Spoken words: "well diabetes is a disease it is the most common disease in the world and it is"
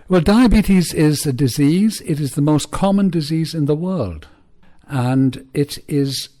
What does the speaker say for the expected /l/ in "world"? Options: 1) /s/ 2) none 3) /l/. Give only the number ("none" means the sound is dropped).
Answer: 3